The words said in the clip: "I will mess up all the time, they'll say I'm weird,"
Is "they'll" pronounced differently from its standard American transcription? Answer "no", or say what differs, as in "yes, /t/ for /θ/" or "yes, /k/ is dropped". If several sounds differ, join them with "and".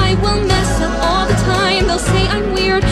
no